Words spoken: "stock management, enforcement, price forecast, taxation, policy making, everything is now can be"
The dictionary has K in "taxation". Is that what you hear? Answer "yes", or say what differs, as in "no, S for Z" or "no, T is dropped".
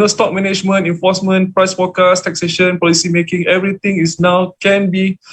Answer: yes